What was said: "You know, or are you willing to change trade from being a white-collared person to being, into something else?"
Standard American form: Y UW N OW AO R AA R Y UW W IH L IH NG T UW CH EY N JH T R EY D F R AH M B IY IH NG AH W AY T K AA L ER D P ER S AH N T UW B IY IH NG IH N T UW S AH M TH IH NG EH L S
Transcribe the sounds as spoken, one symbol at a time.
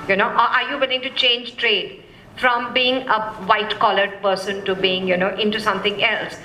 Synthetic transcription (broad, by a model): Y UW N OW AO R AA R Y UW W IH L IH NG T UW CH EY N JH T R EY D F R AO M B IY IH NG AH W AY T K AA L ER D P ER S AH N T UW B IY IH NG IH N T UW S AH M T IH NG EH L S